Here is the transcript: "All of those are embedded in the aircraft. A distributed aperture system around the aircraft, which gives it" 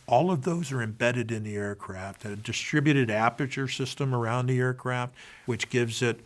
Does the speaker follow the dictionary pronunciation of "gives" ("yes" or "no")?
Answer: yes